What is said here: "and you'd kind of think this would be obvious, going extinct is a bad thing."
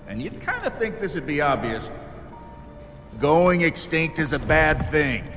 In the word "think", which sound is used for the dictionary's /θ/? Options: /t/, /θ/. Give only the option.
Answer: /θ/